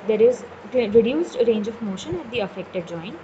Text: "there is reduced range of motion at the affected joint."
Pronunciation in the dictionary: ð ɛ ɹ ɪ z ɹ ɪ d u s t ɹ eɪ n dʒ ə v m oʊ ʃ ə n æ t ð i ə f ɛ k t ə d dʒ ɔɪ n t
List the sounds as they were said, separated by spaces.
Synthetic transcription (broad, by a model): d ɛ ɹ ɪ z ɹ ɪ d u s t ɹ eɪ n dʒ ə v m oʊ ʃ ə n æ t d i ə f ɛ k t ə d dʒ ɔɪ n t